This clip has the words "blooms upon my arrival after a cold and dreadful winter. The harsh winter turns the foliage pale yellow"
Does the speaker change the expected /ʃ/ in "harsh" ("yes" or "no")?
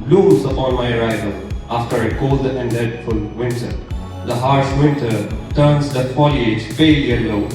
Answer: yes